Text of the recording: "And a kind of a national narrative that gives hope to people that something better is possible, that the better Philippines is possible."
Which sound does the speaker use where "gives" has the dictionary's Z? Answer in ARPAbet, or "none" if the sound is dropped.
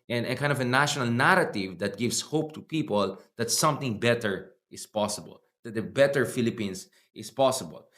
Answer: S